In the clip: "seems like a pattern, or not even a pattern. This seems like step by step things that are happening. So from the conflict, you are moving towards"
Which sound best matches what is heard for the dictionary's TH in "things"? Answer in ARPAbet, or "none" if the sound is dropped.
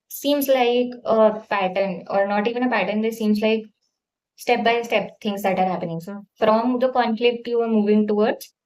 T